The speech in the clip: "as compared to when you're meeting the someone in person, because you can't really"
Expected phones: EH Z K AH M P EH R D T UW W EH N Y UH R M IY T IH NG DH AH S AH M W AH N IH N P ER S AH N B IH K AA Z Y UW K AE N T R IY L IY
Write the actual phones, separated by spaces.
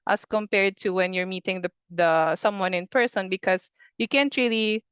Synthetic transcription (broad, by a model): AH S K AH M P EH R D T UW W EH N Y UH R M IY T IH NG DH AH S AH M W AH N IH N P ER S AH N B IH K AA S Y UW K AE N T R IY L IY